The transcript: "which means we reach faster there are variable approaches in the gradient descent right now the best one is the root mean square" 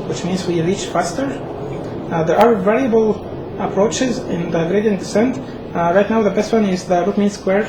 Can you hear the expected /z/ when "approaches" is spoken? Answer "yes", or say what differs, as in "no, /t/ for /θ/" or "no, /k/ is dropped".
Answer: yes